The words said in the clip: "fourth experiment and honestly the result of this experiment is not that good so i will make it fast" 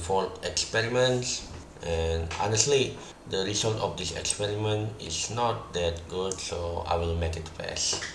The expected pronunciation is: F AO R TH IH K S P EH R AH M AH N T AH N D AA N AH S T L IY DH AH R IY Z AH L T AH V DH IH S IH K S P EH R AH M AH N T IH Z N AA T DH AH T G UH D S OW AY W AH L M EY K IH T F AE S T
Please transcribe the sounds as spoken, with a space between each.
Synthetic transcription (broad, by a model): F AO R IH K S P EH R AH M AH N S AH N AA N AH S T L IY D AH R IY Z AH L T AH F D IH S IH K S P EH R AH M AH N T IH S N AA T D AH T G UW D S OW AY W AH L M EY K IH T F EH S